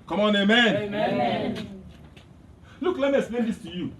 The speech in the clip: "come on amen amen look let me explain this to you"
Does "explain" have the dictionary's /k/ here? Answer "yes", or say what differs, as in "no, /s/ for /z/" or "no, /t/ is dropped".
no, /k/ is dropped